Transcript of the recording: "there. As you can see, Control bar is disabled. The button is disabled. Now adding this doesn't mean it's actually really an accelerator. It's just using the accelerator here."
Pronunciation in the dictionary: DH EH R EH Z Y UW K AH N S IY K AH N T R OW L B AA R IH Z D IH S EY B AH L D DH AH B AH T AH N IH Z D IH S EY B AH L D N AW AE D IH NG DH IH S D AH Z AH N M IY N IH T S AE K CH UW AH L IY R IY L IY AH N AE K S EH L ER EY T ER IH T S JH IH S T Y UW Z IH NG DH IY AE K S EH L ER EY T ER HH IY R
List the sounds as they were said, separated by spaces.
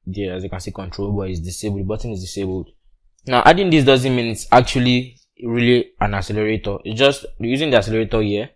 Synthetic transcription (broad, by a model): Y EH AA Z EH K AH N S IY K AH N T R OW L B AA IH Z D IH S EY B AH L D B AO T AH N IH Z D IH S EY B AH L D N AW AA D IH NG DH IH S D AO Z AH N M IY N IH T S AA K CH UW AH L IY R IY L IY AH N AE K S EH L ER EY T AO IH T S JH IH S T Y UW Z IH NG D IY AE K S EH L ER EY T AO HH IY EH